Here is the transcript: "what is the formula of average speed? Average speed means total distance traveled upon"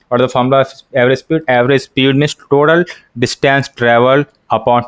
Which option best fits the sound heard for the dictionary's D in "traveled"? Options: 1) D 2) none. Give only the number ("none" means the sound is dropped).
2